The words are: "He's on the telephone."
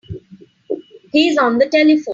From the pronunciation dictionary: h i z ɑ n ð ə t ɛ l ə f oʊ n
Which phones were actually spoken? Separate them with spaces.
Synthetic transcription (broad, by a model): h i z ɑ n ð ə t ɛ l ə f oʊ